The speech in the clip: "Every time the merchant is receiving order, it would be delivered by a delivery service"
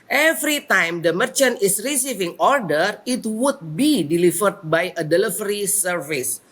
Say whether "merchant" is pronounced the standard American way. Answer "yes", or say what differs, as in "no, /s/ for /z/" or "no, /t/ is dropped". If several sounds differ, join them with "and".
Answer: yes